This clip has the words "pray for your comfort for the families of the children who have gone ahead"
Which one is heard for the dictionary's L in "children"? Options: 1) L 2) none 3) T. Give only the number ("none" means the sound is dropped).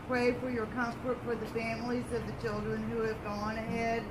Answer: 1